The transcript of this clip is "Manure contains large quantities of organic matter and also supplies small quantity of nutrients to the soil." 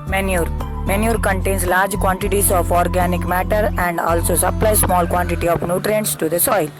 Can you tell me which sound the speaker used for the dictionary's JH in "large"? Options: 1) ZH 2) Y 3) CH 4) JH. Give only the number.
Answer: 4